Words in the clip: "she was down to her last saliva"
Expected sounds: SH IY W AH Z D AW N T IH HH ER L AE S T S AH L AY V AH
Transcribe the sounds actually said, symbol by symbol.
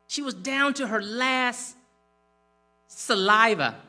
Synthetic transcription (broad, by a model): SH IY W AH Z D AW N T IH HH ER L AE S T S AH L AY V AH